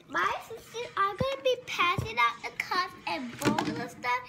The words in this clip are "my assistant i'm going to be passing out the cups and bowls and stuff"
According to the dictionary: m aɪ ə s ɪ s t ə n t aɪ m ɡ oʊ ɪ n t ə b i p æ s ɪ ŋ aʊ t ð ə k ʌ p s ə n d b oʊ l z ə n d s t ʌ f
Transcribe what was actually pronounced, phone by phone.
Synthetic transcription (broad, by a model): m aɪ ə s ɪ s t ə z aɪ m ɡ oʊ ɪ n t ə b i p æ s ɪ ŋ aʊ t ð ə k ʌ s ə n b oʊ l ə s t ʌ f